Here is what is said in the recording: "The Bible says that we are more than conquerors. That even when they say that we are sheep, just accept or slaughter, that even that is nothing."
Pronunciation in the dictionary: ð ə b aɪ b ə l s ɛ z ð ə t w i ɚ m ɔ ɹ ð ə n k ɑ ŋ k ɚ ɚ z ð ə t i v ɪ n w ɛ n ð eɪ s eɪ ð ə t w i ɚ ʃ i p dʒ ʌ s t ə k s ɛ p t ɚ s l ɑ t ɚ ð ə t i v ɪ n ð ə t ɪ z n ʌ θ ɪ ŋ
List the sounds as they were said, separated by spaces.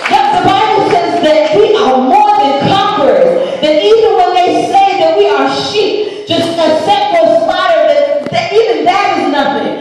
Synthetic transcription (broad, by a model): ð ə b aɪ b l s ɛ z ð ə t w i ɚ m ɔ ɹ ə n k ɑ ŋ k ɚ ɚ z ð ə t i v ɪ n w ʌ n ð eɪ s eɪ ð ə t w i ɚ ʃ i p dʒ ʌ s t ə s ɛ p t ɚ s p ɑ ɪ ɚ ð ə t i v ɪ n ð ə t ɪ z n ʌ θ ɪ ŋ